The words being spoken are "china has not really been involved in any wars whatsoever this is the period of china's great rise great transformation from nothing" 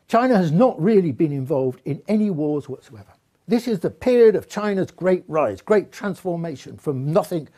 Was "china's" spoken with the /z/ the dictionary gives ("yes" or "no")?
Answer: yes